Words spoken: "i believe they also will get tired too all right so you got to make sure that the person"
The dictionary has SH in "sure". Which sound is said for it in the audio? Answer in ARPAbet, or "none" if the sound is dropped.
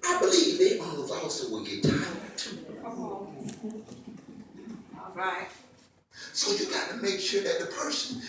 SH